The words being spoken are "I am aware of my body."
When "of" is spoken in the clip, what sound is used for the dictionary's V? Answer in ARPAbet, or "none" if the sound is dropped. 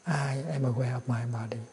P